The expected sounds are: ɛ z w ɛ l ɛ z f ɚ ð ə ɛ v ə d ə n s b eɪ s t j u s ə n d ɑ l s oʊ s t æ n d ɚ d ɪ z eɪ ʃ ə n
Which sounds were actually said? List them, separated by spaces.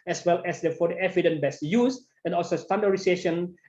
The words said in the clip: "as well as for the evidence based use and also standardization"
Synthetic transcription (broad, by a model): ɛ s w ɛ l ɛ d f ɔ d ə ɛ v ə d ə n b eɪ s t j u s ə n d ɑ l s oʊ s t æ n d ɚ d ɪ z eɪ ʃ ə n